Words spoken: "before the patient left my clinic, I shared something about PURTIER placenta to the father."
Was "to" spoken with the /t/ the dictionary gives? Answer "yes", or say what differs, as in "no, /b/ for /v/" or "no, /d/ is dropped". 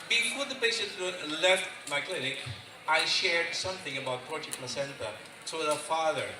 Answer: no, /s/ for /t/